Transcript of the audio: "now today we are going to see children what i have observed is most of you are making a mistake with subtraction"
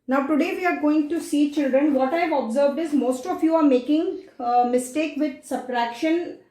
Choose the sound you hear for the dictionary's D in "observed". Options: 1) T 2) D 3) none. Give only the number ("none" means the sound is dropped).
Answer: 2